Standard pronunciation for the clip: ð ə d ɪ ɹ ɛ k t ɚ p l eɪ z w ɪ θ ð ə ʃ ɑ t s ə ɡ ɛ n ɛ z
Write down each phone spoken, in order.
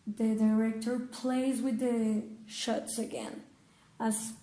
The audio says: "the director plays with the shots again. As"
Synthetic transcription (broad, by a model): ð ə d ɪ ɹ ɛ k t ɚ p l eɪ z w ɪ ð ə ʃ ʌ t s ə ɡ ɛ n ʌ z